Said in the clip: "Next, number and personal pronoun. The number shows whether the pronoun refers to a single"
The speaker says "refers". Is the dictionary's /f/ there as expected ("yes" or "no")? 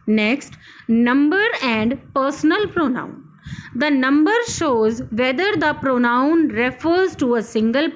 yes